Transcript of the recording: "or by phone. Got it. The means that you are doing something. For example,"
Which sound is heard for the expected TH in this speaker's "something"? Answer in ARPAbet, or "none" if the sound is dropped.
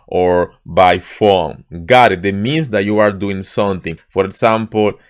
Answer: T